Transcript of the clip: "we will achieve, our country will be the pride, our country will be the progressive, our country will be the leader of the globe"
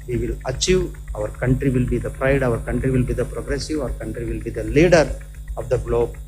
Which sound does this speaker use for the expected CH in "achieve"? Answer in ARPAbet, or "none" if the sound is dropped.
CH